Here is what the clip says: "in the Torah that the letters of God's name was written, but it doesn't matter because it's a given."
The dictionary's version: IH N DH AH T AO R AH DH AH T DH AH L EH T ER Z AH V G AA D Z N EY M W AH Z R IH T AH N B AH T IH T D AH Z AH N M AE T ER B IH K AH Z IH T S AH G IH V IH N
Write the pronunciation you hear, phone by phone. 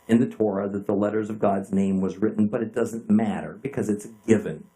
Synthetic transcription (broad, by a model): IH N DH AH T AO R AH DH AH T DH AH L EH T ER Z AH V G AA D Z N EY M W AH Z R IH T N B AH T IH T D AH Z AH N M AE T ER B IH K AH Z IH T S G IH V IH N